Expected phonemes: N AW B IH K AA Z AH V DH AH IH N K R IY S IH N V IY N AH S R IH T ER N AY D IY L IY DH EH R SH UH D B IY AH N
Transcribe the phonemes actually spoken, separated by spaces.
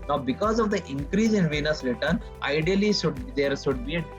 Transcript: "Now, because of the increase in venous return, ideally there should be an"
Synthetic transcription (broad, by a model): N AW B IH K AA Z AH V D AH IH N K R IY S IH N V IY N AH S R IH T ER N AY D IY L IY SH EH R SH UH D B IY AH